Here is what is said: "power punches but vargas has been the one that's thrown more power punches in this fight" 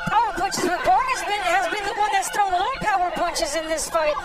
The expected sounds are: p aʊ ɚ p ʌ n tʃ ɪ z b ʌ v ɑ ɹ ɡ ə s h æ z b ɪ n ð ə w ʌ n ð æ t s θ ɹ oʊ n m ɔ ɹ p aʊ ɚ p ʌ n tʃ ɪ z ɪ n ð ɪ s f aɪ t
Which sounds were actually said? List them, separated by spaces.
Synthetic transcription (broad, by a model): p aʊ ɚ p ʌ n tʃ ɪ z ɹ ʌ b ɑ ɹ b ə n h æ z b ɪ n ð ə w ʌ n ð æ t s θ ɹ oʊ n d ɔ l p aʊ ɚ p ʌ n tʃ ɪ z ɪ n ð ɪ s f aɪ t